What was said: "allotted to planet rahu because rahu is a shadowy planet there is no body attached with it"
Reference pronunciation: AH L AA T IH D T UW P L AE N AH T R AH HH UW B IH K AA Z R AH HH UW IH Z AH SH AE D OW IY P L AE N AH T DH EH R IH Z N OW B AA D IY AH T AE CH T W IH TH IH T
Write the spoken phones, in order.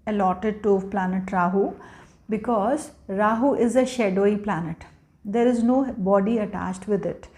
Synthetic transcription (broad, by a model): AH L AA T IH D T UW P L AE N AH T R AH HH UW B IH K AA Z R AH HH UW IH Z AH SH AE D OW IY P L AE N AH T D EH R IH Z N OW B AA D IY AH T AE CH T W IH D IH T